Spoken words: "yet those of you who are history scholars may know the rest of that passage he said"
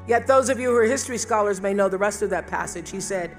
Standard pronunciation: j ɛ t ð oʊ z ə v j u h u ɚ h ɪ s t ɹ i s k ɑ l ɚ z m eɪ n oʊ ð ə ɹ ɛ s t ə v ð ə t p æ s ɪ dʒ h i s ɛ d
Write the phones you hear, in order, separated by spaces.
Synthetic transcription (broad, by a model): j ɛ t ð oʊ z ə v j u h ɚ h ɪ s t ɹ i s k ɑ l ɚ z m eɪ n oʊ ð ə ɹ ɛ s t ə v ð ə t p æ s ɪ dʒ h i s ɛ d